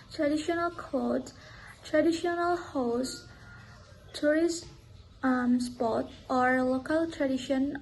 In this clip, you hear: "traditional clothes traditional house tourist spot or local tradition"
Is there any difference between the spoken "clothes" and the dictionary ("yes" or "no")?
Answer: yes